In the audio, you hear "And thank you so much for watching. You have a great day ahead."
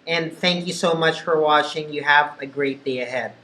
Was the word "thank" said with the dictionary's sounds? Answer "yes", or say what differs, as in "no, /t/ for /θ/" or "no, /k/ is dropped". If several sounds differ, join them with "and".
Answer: yes